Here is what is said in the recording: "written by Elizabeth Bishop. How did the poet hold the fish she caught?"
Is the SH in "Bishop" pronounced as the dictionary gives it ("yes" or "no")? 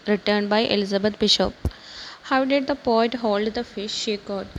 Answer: yes